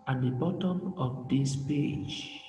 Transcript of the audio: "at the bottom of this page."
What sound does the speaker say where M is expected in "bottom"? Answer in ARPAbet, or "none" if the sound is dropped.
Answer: M